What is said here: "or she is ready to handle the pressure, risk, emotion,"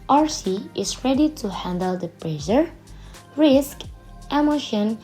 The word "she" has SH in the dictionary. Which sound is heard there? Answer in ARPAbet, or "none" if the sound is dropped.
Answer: S